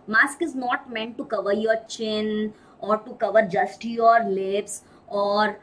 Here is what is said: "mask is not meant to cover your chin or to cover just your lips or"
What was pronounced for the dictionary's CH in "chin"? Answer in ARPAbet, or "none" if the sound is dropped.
CH